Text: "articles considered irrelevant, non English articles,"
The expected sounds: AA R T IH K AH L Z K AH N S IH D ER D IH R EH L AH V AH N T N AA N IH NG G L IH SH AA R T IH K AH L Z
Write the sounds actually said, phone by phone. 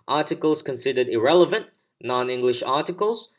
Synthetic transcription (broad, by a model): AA R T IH K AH L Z K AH N S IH D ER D IH R EH L AH V AH N T N AA N IH NG G L IH SH AA R T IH K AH L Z